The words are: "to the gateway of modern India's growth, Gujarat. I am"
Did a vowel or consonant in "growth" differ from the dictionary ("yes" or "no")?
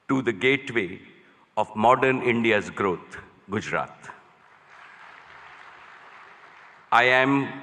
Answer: yes